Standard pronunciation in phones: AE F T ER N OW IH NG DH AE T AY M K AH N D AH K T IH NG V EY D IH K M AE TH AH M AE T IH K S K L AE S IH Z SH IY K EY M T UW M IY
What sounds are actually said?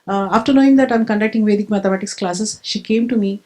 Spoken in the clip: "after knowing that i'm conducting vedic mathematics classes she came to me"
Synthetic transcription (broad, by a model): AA F T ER N OW IH NG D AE T AY M K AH N D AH K T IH NG V EY D IH K M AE T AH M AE T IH K S K L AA S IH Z SH IY K EY M T UW M IY